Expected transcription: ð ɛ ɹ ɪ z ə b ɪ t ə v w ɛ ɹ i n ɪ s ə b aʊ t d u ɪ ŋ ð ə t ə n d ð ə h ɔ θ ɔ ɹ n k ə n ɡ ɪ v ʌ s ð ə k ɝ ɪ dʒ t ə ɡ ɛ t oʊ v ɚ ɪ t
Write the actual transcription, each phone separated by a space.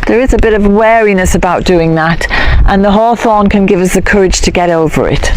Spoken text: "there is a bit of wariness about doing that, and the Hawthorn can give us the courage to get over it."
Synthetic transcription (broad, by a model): ð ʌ ɹ ɪ z ə b ɪ t ə v w ɛ ɹ i n ɪ s ə b aʊ t d u ɪ ŋ ð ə t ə n ð ə h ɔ θ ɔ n k ə n ɡ ɪ v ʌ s ð ə k ɝ ɪ dʒ t ə ɡ ɛ t oʊ v ɚ ɪ t